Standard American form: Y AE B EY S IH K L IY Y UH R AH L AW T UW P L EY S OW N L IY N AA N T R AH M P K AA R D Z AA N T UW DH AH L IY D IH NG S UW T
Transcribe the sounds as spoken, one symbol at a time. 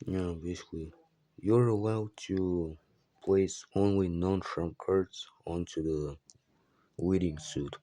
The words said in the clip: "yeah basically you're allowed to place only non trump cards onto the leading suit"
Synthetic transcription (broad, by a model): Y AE B EY S IH K L IY Y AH R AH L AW T UW P L EY S OW N L IY N AA N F R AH M K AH R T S AA N T UW DH AH W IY D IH NG S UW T